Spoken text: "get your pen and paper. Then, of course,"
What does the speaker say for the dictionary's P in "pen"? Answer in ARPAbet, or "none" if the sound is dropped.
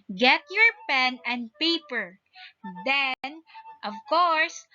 P